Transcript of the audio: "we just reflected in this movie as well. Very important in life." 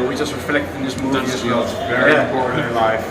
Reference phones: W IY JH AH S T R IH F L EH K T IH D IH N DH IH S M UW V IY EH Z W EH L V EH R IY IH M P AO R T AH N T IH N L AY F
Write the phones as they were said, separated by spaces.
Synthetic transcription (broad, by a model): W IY JH AH S T R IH F L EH K T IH IH N DH IH S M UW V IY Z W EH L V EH IY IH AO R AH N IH L AY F